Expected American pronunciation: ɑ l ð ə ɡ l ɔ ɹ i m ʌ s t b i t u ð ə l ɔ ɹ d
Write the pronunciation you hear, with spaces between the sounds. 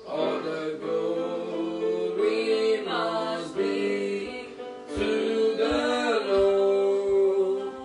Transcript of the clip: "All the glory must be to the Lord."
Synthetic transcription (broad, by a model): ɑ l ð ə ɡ ɔ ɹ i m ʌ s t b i t u ð ə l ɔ